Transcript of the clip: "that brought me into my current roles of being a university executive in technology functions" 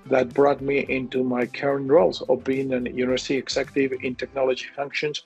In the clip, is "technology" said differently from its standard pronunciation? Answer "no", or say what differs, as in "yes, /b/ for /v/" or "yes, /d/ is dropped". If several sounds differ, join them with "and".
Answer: no